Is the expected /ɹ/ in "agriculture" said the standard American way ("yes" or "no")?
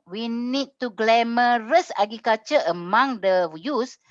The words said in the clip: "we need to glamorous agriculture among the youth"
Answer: no